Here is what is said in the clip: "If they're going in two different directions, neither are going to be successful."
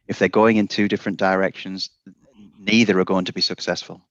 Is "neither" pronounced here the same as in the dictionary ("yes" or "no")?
yes